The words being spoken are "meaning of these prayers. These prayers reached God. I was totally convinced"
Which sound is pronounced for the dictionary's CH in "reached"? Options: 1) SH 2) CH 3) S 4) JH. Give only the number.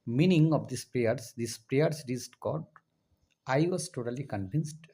3